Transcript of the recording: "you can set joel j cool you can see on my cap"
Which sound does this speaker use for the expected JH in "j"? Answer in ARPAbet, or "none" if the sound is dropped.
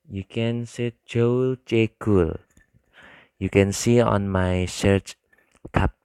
CH